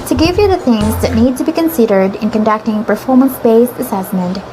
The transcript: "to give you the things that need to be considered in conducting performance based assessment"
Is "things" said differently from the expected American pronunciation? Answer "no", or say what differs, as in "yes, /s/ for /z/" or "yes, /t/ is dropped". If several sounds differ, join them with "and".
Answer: no